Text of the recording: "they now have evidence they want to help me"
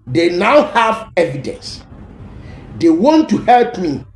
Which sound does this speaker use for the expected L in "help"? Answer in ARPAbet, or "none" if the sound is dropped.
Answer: L